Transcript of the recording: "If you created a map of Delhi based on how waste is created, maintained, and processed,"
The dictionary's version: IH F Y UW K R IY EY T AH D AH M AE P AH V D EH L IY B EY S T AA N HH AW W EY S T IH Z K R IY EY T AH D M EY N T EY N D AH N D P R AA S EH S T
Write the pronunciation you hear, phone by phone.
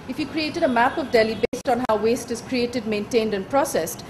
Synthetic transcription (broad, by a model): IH F Y UW K R IY EY T AH D AH M AE P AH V D EH L IY B EY S T AA N HH AW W EY S T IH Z K R IY EY T AH D M EY N T EY N D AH N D P R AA S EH S T